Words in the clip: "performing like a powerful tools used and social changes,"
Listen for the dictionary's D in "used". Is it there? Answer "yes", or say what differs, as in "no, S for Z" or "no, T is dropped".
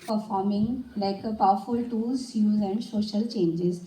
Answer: no, D is dropped